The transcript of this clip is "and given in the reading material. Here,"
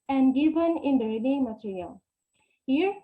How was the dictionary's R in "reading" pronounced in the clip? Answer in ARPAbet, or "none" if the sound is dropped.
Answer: L